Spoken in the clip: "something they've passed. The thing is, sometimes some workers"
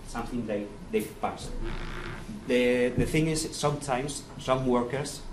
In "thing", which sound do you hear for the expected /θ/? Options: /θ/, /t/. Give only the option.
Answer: /θ/